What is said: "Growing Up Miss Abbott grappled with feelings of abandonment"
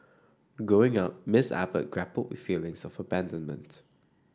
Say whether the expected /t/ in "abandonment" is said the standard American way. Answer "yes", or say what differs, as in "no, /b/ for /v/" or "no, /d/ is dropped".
yes